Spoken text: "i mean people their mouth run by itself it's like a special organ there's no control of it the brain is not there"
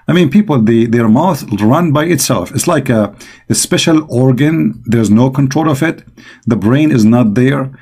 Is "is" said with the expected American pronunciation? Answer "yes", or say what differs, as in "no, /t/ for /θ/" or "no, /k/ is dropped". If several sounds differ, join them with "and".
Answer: yes